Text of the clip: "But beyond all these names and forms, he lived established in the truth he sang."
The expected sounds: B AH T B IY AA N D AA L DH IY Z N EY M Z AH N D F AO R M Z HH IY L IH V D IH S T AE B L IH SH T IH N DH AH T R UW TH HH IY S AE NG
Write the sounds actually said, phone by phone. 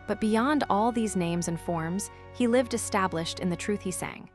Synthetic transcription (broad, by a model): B AH T B IY AA N D AA L DH IY Z N EY M Z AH N F AO R M Z HH IY L IH V D IH S T AE B L IH SH T IH N DH AH T R UW TH HH IY S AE NG